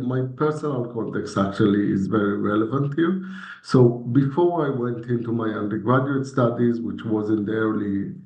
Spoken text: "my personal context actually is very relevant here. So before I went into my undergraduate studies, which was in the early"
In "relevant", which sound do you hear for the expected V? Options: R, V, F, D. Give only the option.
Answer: V